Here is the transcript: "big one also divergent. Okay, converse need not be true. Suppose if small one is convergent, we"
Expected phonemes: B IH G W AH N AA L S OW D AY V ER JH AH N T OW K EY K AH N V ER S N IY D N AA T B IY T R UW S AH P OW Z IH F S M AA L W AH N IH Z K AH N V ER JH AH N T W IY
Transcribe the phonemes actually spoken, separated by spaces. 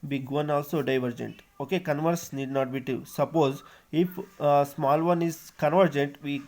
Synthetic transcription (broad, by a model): B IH G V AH N AA L S OW D AY V ER JH AH N T OW K EY K AH N V ER S N IY D N AA T B IY T UW S AH P OW Z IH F S M AA L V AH N IH Z K AH N V ER JH AH N T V IY